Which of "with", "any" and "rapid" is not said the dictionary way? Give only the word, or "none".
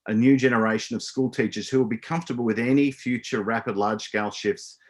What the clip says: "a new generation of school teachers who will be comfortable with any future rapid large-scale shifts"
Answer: none